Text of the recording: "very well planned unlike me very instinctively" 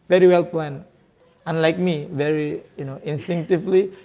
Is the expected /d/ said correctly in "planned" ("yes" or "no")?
no